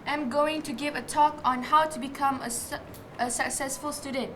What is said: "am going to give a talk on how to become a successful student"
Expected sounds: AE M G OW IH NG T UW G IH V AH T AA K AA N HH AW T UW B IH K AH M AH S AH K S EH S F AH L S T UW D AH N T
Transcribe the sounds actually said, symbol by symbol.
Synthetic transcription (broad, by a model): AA M G OW IH NG T UW G IH V AH T AA K AA N HH AW T UW B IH K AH M AH S AH K S EH S F AH L S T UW D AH N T